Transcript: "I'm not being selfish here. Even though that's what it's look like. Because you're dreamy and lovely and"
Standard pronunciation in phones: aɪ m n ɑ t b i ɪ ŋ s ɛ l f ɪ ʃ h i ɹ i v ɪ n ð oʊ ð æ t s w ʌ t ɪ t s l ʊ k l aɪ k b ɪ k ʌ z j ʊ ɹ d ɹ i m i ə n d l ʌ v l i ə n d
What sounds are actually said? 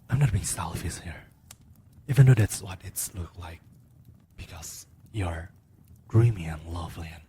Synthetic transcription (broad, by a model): aɪ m n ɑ t b i ɪ ŋ s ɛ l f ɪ s h i ɹ i v ɪ n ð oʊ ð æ t s w ʌ t ɪ t s l ʊ k l aɪ k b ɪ k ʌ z j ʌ ɹ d ɹ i m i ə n l ʌ v l i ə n